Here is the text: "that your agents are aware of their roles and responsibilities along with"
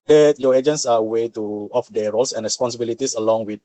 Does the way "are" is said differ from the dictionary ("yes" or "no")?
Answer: yes